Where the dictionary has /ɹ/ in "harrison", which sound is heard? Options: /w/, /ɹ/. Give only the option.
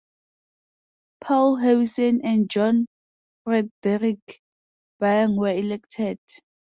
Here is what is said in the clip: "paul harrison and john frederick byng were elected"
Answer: /w/